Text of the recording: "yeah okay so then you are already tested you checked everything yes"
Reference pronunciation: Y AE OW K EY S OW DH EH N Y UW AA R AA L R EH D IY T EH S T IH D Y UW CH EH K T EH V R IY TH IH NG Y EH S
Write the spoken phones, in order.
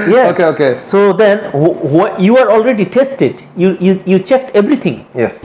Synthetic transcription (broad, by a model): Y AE OW K EY S OW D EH N Y UW AA R AA L R EH D IY T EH S T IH D Y UW CH EH K T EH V R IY T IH NG Y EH S